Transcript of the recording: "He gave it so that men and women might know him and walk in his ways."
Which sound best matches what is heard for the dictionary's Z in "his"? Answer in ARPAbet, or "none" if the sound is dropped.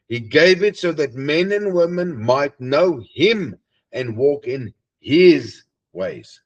Z